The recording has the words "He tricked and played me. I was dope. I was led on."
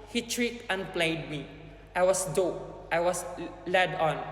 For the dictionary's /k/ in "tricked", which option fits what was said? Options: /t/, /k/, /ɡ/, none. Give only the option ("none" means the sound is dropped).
none